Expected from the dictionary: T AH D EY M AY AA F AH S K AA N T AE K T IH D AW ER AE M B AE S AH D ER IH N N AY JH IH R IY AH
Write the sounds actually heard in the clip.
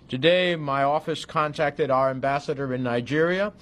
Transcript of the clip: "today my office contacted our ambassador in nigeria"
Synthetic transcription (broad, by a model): T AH D EY M AY AA F AH S K AA N T AE K T IH D AW ER AE M B AE S AH D ER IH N N AY JH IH R IY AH